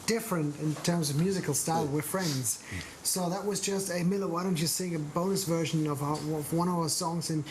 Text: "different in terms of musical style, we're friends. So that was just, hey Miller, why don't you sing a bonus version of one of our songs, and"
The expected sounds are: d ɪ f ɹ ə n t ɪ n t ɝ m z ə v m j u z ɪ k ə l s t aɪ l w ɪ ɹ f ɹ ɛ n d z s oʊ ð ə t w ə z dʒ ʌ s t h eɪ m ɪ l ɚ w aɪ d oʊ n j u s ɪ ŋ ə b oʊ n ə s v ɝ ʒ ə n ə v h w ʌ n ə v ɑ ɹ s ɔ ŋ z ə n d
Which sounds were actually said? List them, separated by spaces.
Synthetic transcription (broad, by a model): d ɪ f ɹ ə n t ɪ n t ɝ m z ə v m j u z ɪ k l s t aɪ l w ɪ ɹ f ɹ ɛ n d z s oʊ ð ə t w ə z dʒ ʌ s t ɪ m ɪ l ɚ w aɪ d oʊ n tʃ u s ɪ ŋ ə b oʊ n ə s v ɝ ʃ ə n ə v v w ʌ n ə v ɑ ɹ s ɔ ŋ z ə n